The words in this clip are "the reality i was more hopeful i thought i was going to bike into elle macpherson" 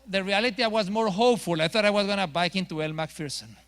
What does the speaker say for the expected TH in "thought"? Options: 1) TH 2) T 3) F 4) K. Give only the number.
1